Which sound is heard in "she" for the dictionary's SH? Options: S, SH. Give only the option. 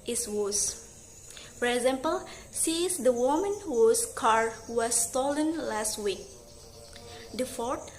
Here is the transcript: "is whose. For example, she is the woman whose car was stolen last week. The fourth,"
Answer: S